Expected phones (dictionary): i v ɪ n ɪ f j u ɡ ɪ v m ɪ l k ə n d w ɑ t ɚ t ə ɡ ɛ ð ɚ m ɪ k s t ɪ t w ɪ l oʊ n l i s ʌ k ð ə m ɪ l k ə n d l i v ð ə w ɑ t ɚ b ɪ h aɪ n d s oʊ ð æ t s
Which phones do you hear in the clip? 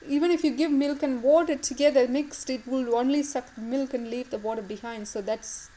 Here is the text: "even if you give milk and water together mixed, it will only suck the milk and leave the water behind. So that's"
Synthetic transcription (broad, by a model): i v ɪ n ɪ f j u ɡ ɪ v m ɪ l k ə n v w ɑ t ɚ t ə ɡ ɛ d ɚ m ɪ k s t ɪ t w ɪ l oʊ n l i s ʌ k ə m ɪ l k ə n d l i v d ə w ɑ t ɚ b ɪ h aɪ n d s oʊ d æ t s